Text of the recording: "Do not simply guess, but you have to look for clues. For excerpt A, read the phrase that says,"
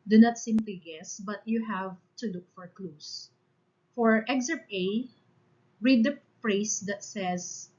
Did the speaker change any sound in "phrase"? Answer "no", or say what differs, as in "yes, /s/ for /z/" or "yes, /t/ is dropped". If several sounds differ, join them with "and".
yes, /p/ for /f/